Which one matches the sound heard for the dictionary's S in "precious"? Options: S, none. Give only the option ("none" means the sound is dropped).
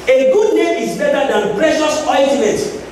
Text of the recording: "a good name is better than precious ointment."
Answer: S